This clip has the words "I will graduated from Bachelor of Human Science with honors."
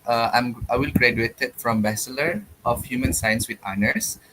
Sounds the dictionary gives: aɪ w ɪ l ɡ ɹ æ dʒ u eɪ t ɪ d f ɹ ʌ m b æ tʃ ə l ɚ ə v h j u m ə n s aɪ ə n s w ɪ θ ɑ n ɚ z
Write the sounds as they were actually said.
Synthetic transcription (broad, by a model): aɪ w ɪ l ɡ ɹ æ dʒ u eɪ t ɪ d f ɹ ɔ m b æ s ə l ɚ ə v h j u m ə n s aɪ ə n s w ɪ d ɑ n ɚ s